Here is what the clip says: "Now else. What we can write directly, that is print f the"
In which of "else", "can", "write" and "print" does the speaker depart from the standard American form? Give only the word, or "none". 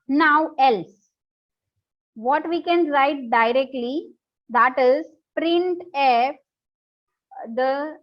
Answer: none